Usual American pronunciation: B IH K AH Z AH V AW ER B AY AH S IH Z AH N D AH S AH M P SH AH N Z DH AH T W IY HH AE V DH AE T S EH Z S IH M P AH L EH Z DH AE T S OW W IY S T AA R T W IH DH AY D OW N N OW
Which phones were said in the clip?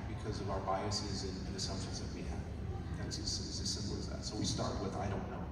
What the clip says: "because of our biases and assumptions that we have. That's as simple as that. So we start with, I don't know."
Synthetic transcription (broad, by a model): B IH K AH Z AH V AW ER B AY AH S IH Z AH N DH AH S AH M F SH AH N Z DH AH T W IY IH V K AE S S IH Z S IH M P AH L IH Z DH AE T S OW W IY S T AA R T W IH DH AY D OW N N OW